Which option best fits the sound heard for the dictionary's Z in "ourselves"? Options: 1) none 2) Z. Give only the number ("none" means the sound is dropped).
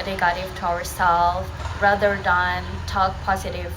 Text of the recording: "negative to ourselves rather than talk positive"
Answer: 1